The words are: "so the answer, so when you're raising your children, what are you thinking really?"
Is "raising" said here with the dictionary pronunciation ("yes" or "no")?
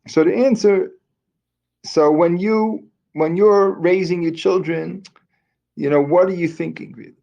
yes